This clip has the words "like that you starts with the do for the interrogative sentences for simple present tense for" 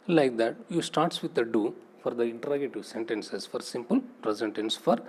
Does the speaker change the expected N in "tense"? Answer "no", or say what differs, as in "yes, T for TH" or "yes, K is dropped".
no